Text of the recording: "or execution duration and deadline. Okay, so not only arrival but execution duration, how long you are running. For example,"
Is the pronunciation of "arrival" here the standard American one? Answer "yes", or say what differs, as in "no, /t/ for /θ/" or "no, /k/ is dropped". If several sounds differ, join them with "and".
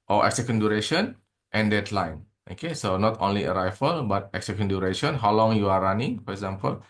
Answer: no, /f/ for /v/